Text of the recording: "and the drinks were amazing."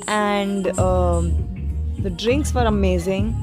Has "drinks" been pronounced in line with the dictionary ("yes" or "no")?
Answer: yes